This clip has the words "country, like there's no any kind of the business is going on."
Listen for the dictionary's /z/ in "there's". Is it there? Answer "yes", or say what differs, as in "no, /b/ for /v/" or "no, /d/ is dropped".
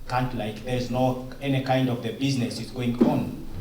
yes